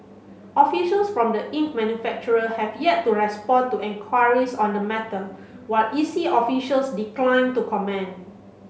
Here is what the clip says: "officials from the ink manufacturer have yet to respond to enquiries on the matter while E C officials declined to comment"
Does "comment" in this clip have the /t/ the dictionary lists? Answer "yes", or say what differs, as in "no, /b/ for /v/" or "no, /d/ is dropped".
no, /t/ is dropped